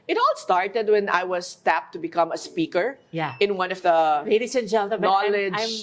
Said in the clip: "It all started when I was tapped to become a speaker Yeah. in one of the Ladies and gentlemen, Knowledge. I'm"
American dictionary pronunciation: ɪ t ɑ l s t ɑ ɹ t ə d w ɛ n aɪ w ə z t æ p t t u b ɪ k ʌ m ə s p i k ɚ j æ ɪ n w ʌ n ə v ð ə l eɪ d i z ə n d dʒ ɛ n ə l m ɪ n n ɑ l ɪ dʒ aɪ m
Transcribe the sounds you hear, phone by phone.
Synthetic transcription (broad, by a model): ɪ t ɑ l s t ɑ ɹ t ə d w ɛ n aɪ w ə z t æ p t t u b ɪ k ʌ m ə s p i k ɚ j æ ɪ n w ʌ n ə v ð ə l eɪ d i s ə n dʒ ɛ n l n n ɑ l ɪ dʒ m